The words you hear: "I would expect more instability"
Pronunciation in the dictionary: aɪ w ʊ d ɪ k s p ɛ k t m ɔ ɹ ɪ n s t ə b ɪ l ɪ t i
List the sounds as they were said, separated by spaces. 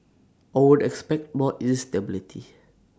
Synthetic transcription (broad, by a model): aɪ w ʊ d ɪ k s p ɛ k t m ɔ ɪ s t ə b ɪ l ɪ t i